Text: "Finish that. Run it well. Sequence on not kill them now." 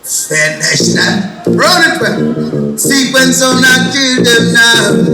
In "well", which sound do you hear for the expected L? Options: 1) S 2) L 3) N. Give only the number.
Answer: 3